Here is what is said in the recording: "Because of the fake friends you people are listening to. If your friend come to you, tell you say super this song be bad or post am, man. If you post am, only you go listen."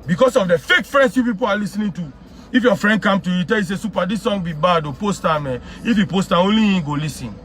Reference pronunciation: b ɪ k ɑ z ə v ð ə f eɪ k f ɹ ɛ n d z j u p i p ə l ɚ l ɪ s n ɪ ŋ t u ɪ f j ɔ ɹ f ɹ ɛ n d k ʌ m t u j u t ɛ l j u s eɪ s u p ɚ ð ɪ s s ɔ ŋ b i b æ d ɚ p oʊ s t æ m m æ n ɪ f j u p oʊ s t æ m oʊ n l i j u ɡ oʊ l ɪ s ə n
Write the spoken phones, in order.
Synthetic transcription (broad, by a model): b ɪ k ɑ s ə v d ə f eɪ k f ɹ ɛ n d s j u p i p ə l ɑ l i s n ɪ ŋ t u ɪ f j ɔ f ɹ ɛ n d k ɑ m t u j u t ɛ l j u s eɪ s u p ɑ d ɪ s s ɔ ŋ b i b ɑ d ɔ p oʊ s t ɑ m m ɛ ɪ f j u p oʊ s t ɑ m oʊ n l i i ɡ oʊ l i s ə n